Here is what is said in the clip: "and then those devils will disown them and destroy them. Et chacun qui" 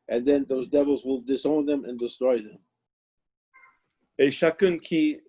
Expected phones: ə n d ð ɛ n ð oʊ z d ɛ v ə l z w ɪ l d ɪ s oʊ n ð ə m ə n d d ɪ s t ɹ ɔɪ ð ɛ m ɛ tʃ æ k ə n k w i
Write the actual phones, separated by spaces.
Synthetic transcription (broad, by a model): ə n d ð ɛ n ð oʊ z d ɛ v ə l z w ɪ l d ɪ s oʊ n ð ə m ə n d d ɪ s t ɹ ɔɪ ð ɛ m ɛ ʃ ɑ k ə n k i